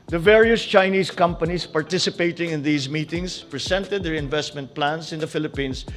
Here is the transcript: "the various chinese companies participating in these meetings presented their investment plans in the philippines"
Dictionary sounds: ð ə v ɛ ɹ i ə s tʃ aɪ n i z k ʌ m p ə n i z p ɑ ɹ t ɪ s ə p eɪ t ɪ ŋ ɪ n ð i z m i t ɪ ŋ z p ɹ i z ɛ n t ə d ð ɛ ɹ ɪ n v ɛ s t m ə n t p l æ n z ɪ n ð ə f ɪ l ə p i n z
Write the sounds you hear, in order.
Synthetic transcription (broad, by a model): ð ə v ɛ ɹ i ə s tʃ aɪ n i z k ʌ m p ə n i s p ɑ ɹ t ɪ s ə p eɪ t ɪ ŋ ɪ n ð i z m i t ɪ ŋ s p ɹ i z ɛ n t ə d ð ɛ ɹ ɪ n v ɛ s t m ə n t p l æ n s ɪ n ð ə f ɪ l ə p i n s